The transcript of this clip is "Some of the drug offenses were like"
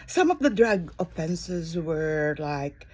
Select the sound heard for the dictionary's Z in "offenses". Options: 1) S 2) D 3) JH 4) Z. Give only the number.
4